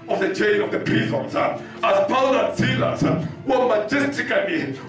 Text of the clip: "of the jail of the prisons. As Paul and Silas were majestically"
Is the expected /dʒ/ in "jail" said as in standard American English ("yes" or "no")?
no